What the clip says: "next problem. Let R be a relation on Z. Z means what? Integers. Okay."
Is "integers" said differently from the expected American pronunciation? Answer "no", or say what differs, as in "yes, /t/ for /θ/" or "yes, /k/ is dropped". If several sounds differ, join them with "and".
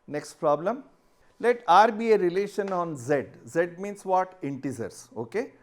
yes, /z/ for /dʒ/